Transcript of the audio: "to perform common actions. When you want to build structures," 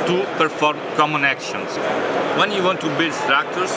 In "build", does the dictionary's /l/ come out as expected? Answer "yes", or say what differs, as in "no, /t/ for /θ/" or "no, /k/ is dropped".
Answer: yes